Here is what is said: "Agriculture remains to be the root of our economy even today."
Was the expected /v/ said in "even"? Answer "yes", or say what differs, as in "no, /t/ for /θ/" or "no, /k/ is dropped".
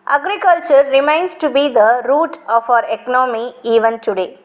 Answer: yes